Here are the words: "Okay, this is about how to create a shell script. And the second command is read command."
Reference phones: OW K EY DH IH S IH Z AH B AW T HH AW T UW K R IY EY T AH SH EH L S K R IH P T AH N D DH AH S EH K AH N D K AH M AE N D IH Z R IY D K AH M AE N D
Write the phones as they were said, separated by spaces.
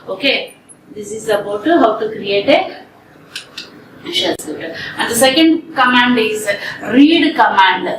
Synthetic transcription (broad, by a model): OW K EY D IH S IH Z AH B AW T HH AW T UW K R IY EY T AH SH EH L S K IH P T AH N D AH S EH K AH N D K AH M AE N D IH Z R IY D K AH M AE N D